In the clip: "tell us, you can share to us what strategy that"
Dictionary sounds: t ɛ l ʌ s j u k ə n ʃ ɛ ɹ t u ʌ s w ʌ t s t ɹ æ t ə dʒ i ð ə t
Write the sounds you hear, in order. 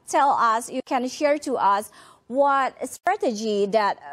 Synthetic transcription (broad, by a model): t ɛ l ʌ s j u k ə n ʃ ɛ ɹ t u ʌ s w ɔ t s t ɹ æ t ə dʒ i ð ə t